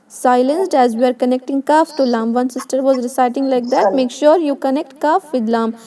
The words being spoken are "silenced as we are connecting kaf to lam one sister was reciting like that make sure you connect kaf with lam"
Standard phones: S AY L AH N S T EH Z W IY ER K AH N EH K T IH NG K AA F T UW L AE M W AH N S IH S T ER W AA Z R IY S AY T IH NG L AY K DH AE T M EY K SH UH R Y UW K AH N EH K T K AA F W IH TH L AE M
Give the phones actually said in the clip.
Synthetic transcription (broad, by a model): S AY L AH N S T EH Z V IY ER K AH N EH K T IH NG K AA F T UW L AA M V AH N S IH S T ER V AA Z R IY S AY T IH NG L AY K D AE T M EY K SH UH R Y UW K AH N EH K T K AA F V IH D L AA M